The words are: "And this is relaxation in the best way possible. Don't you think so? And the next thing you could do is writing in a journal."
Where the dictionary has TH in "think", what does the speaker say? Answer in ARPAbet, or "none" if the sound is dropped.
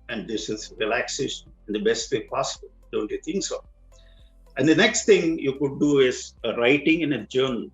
T